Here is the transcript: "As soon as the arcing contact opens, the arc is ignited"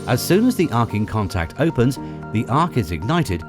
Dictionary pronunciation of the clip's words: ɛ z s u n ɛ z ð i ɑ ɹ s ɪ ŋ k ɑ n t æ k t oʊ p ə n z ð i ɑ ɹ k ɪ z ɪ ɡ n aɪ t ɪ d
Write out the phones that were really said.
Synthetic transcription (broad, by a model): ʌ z s u n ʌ z ð i ɑ ɹ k ɪ ŋ k ɑ n t æ k t oʊ p ə n z ð i ɑ ɹ k ɪ z ɪ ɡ n aɪ t ɪ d